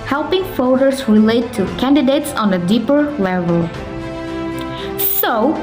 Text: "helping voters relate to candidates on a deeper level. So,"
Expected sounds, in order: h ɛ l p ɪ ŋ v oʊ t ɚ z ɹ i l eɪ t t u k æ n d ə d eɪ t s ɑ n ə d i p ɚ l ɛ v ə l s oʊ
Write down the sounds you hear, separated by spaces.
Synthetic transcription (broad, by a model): h ɛ l p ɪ ŋ f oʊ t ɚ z ɹ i l eɪ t t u k æ n d ə d eɪ t s ɑ n ə d i p ɚ l ɛ v ə l s oʊ